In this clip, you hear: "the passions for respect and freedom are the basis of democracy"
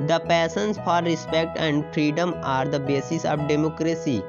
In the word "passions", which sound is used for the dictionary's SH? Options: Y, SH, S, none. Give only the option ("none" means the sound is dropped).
S